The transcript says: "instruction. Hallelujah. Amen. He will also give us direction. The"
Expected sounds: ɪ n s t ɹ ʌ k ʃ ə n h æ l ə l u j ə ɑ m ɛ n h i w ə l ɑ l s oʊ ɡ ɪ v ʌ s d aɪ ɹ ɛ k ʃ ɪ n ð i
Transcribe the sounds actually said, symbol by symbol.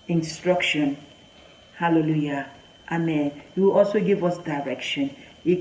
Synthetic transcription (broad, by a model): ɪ n s t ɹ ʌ k ʃ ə n h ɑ l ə l u j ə ɑ m ɛ n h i w ə l ɑ l s oʊ ɡ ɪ v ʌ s d aɪ ɹ ɛ k ʃ ɪ n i